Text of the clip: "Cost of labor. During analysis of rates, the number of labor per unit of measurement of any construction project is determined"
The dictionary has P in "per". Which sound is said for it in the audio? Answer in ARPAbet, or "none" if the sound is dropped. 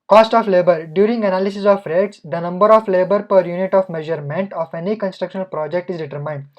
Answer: P